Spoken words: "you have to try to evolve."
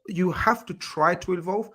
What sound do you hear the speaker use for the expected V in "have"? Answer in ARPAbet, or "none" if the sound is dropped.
F